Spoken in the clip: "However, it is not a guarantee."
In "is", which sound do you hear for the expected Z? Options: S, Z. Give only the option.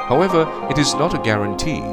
Z